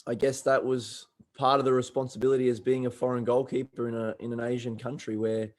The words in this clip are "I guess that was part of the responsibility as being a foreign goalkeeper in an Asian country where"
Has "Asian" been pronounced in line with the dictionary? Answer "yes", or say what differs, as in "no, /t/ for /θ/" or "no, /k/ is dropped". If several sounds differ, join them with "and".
yes